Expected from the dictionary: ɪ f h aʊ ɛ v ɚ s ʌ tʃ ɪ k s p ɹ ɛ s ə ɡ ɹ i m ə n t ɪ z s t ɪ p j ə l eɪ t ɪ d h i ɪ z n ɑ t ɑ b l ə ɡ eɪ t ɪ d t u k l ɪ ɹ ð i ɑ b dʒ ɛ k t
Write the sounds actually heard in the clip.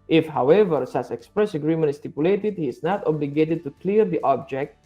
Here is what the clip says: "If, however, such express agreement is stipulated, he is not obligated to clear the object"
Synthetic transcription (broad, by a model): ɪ f h aʊ ɛ v ɚ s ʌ s ɪ k s p ɹ ɛ s ə ɡ ɹ i m ə n t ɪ s t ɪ p j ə l eɪ t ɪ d h i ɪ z n ɑ t ɑ b l ə ɡ eɪ t ɪ d t u k l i ɹ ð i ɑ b dʒ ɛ k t